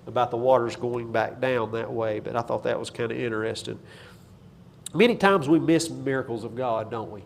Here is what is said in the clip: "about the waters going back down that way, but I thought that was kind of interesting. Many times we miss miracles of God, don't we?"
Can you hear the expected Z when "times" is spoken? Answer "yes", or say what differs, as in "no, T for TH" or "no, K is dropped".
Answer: yes